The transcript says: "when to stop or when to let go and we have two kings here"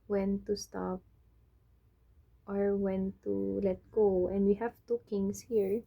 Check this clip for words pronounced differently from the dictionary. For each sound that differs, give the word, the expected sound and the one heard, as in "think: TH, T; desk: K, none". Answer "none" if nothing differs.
kings: Z, S